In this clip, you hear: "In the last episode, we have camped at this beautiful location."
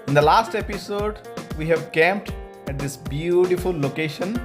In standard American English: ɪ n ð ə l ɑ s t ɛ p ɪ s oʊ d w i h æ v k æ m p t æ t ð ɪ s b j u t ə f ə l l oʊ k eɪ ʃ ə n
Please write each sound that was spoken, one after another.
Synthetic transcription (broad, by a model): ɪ n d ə l ɑ s t ɛ p ɪ s oʊ d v i h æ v k æ m p t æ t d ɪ s b j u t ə f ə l l oʊ k eɪ ʃ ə n